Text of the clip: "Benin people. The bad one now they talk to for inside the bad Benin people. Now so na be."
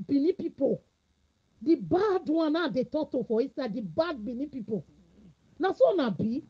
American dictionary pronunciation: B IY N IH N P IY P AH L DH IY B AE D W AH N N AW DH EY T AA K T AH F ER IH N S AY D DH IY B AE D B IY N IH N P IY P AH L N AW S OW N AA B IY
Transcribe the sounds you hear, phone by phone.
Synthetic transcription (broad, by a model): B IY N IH P IY P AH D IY B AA D W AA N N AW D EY T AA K T AH F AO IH S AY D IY B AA D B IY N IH P IY P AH N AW S OW N AA B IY